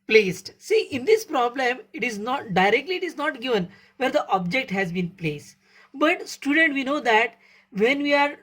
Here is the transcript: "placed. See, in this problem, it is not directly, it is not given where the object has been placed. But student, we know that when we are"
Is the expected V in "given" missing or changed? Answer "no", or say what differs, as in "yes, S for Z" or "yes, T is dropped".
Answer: no